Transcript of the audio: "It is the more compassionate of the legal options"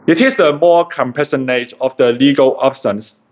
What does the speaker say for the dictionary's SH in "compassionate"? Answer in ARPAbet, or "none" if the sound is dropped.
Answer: S